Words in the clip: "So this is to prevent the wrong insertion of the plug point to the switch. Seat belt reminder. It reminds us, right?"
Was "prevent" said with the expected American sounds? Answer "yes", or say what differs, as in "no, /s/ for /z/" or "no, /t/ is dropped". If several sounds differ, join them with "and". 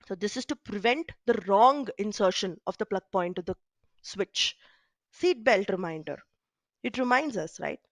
yes